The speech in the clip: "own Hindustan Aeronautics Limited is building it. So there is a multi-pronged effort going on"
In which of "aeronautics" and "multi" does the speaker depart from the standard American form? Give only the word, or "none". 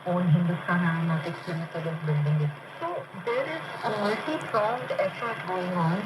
aeronautics